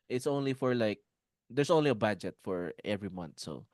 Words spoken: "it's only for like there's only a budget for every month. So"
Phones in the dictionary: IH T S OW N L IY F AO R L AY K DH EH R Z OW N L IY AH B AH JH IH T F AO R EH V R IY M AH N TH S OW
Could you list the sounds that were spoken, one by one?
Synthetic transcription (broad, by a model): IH T S OW N L IY F AO R L AY K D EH R S OW N L IY AH B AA JH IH T F AO R EH V R IY M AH N T S OW